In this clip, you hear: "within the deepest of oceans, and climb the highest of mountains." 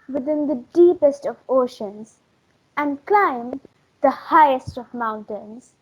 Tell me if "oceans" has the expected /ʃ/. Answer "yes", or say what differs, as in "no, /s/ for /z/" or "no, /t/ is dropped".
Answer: yes